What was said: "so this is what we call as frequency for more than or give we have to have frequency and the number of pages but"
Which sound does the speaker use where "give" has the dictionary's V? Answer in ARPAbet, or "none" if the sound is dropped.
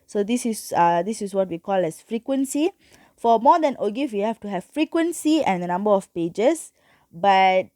F